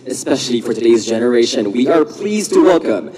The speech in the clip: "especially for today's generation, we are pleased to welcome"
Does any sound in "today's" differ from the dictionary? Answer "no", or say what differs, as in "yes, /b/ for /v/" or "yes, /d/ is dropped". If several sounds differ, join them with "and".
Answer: no